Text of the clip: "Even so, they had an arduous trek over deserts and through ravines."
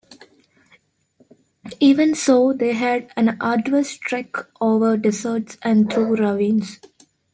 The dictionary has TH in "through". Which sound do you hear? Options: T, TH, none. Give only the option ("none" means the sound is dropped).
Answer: T